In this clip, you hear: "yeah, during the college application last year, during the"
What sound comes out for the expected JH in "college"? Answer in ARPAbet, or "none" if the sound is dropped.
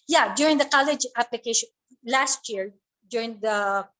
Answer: JH